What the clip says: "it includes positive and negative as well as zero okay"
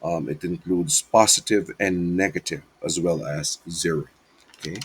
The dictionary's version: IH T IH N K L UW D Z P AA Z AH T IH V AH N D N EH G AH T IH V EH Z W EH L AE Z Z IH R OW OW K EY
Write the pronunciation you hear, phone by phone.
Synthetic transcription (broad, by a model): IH T IH N K L UW D Z P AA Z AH T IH V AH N N EH G AH T IH V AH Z W EH L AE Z Z IH R OW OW K EY